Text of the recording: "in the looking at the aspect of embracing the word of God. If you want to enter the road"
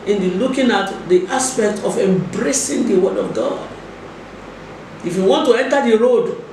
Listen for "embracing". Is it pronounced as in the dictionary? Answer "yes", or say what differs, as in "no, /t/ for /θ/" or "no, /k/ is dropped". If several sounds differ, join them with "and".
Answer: yes